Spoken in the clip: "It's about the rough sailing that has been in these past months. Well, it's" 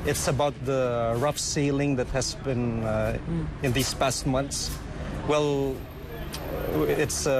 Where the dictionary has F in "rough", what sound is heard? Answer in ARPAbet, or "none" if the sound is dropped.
F